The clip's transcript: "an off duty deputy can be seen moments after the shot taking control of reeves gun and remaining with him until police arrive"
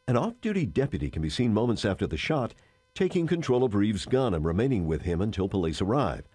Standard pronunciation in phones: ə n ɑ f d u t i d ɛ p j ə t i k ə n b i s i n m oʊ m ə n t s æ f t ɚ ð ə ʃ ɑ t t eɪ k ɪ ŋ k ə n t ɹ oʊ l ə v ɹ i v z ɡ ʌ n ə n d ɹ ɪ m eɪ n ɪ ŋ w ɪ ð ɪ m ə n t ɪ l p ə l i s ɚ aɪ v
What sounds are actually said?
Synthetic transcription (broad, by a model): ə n ɑ f d u t i d ɛ p j ə t i k ə n b i s i n m oʊ m ə n t s æ f t ɚ ð ə ʃ ɑ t t eɪ k ɪ ŋ k ə n t ɹ oʊ l ə v ɹ i v z ɡ ʌ n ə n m ɹ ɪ m eɪ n ɪ ŋ w ɪ ð ɪ m ə n t ɪ l p ə l i s ɚ aɪ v